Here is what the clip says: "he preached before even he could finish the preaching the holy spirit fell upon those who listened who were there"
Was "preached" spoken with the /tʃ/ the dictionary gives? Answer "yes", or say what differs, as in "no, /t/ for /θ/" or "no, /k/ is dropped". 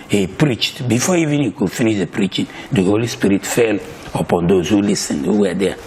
yes